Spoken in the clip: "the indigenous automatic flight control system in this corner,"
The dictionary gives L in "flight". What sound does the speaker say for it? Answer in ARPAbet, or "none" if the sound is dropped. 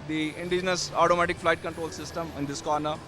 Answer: L